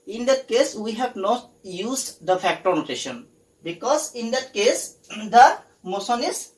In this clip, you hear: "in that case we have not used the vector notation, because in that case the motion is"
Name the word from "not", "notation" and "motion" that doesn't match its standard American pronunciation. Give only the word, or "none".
motion